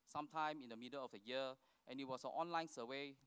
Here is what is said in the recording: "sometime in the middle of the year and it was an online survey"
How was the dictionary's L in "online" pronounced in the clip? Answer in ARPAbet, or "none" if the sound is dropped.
L